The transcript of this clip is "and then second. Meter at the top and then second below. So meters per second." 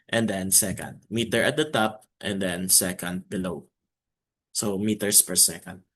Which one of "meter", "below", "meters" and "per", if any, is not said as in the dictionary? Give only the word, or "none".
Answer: meters